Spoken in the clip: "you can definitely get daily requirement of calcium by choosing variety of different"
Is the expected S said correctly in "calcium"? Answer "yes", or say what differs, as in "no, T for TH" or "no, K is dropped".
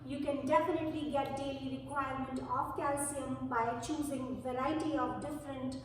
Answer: yes